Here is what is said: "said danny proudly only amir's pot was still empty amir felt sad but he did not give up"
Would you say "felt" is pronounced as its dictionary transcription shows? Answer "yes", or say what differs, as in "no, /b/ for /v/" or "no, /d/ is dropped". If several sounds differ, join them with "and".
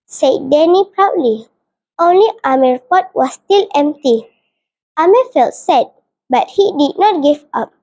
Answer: yes